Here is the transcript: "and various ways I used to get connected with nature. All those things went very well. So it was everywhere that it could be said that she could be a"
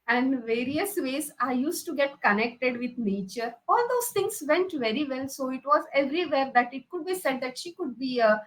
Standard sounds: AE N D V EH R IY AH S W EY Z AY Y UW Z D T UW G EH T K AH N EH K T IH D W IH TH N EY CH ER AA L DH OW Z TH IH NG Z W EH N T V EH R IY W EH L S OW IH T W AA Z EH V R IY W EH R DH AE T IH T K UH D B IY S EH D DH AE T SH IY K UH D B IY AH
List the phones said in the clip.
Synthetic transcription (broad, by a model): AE N D V EH R IY AH S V EY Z AY Y UW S T UW G EH T K AH N EH K T IH D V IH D N EY CH ER AA L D OW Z T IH NG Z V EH N T V EH R IY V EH L S OW IH T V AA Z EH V R IY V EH R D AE T IH T K UH D B IY S EH D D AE T SH IY K UH D B IY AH